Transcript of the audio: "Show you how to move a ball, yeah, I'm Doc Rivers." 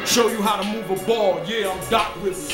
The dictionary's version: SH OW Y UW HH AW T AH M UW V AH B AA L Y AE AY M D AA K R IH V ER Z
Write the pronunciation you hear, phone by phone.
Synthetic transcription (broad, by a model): SH OW Y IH HH AW T AH M UW V AH B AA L Y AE AY M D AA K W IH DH